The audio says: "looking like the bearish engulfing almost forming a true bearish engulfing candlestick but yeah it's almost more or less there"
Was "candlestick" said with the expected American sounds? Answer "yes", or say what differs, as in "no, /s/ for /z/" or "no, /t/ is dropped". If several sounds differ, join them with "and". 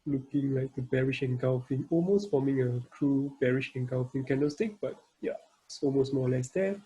no, /l/ is dropped